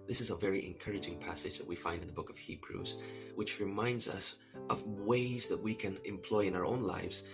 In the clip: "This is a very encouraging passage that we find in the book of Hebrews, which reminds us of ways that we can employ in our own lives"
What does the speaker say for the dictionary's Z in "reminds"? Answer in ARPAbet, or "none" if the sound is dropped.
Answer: Z